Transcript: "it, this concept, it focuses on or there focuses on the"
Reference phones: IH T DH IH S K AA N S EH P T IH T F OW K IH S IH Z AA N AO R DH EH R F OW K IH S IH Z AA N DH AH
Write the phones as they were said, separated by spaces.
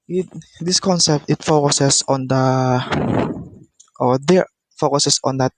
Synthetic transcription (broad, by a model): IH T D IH S K AA N S EH P T IH T F OW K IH S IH S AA N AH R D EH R F OW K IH S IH S AA N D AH